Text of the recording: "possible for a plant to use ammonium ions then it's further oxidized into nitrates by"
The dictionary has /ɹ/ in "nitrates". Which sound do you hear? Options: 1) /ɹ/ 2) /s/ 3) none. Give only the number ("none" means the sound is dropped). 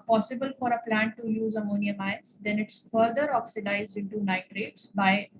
1